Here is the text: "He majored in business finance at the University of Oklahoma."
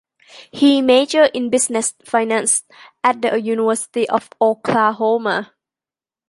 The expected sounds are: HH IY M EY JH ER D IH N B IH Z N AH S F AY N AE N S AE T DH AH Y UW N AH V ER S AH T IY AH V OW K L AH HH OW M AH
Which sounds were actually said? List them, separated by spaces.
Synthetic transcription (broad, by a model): HH IY M EY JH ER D IH N B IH S N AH S F AY N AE N S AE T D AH Y UW N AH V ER S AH T IY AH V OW K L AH HH OW M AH